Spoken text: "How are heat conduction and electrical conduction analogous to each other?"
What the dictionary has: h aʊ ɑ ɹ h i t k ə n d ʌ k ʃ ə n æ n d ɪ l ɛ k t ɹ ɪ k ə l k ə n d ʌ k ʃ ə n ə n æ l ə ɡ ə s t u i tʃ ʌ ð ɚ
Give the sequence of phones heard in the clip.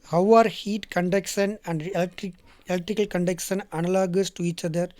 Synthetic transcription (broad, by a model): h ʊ ɑ ɹ h i t k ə n d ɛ k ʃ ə n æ n d ɪ l ɛ k t ɹ ɪ k ə l k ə n d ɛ k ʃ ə n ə n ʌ l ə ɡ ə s t u i tʃ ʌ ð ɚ